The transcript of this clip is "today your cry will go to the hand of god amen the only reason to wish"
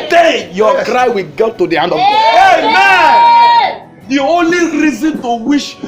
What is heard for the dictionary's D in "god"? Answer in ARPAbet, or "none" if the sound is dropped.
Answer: none